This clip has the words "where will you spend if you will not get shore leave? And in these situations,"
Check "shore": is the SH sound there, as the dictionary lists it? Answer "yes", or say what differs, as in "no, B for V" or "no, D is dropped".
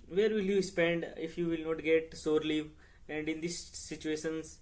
no, S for SH